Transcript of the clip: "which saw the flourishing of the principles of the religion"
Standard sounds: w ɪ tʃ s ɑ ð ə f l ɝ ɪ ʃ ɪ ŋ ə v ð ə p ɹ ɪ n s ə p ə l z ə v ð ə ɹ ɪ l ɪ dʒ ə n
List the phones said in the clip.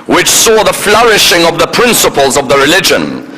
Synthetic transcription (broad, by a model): w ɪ tʃ s ɑ ð ə f l ɝ ɪ ʃ ɪ ŋ ə v ð ə p ɹ ɪ n s ə p ə l z ə v ð ə ɹ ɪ l ɪ dʒ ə n